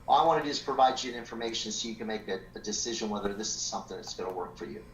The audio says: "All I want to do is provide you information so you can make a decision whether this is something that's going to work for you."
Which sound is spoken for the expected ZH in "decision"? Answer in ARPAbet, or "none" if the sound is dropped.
ZH